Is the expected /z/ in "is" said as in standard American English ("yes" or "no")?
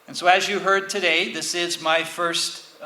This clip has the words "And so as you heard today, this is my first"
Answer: yes